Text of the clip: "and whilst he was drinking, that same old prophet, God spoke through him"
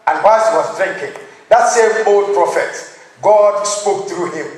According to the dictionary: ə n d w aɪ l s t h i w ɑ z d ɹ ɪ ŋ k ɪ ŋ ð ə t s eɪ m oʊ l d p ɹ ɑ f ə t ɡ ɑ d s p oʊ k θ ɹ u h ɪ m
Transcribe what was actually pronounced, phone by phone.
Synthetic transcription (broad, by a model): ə n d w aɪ s h i w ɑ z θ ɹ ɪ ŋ k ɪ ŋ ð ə t s eɪ m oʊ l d p ɹ ɑ f ə t ɡ ɑ d s p oʊ k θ ɹ u h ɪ m